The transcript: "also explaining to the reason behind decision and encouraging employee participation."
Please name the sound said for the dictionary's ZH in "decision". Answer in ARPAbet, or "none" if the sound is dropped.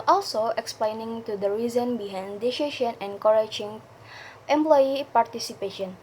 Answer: SH